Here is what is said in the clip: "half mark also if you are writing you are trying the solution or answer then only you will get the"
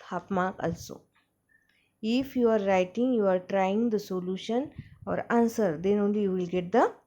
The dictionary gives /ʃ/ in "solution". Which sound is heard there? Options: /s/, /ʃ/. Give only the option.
/ʃ/